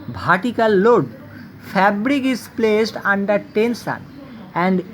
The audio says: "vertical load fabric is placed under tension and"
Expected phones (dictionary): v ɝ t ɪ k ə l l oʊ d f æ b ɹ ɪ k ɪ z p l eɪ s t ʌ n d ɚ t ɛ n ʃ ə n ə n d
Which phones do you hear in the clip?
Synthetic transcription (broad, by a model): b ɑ t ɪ k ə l l oʊ d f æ b ɹ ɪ k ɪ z p l eɪ s t ʌ n d ɚ t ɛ n s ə n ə n d